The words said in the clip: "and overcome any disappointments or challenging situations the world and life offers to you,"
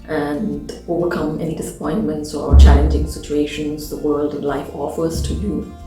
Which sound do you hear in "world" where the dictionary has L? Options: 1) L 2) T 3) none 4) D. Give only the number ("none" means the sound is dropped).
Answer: 1